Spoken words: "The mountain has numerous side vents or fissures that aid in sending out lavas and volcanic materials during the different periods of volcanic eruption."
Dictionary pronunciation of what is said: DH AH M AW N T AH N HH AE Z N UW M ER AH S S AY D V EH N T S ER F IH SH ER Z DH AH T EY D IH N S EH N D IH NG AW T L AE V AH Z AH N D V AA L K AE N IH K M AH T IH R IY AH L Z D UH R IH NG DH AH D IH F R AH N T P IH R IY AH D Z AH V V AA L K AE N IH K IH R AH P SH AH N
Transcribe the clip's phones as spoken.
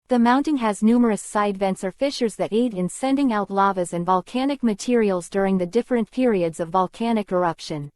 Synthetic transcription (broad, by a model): DH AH M AW N T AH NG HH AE Z N UW M ER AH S S AY D V EH N T S ER F IH SH ER Z DH AH T EY D IH N S EH N D IH NG AW T L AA V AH Z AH N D V AA L K AE N IH K M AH T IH R IY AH L Z D UH R IH NG DH AH D IH F R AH N P IH R IY AH D Z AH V V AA L K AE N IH K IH R AH P SH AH N